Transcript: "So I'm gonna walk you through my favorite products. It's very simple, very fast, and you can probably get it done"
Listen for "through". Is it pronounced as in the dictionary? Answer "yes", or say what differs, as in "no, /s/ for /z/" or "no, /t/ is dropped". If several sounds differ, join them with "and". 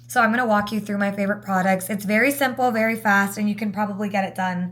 yes